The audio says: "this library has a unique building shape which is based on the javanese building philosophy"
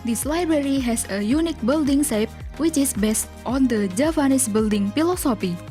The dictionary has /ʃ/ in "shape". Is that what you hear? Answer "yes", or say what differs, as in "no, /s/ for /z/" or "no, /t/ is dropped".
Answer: no, /s/ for /ʃ/